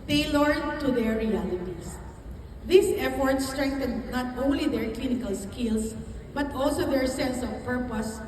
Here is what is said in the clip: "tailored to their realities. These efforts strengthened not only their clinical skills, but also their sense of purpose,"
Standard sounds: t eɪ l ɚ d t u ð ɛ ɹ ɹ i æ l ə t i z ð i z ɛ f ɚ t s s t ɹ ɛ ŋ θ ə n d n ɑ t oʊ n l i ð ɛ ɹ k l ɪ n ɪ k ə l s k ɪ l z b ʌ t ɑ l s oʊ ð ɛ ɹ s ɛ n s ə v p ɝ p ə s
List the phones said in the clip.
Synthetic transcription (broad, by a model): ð eɪ l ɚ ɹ t u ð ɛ ɹ ɹ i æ l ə t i s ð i s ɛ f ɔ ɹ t s t ɹ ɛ ŋ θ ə n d n ɑ t oʊ n l i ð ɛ ɹ k l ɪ n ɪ k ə l s k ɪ l s b ʌ t ɑ l s oʊ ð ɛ ɹ s ɛ n s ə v p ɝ p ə s